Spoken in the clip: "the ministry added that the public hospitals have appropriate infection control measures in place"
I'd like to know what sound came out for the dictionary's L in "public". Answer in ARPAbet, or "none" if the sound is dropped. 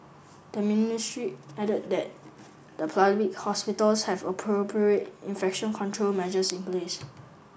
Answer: none